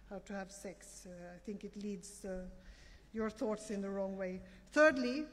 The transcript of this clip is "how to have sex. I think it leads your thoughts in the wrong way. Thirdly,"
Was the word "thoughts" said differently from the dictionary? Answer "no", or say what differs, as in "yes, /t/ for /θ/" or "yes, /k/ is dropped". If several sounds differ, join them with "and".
no